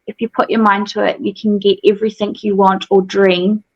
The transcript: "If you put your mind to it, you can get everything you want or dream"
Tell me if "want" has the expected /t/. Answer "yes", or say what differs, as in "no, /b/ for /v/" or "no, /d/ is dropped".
yes